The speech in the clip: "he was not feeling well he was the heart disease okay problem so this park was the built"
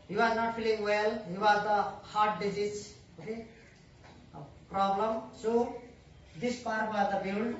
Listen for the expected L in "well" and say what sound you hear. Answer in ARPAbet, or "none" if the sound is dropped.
L